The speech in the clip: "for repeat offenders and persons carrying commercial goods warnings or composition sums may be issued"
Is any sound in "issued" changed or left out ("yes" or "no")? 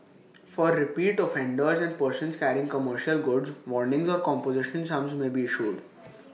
no